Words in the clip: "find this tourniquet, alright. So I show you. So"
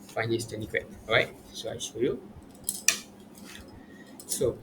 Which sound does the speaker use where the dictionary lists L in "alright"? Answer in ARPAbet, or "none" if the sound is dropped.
none